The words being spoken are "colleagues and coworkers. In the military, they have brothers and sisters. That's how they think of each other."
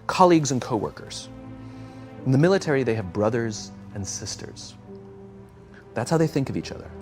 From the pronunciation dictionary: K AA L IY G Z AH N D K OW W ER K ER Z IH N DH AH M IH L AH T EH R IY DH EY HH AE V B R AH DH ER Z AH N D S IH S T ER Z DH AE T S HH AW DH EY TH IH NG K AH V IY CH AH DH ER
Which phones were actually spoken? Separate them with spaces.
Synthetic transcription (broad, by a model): K AA L IY G Z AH N K OW W ER K ER Z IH N DH AH M IH L AH T EH R IY DH EY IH V B R AH DH ER Z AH N S IH S T ER Z DH AE T S HH AW DH EY TH IH NG K AH V IY CH AH DH ER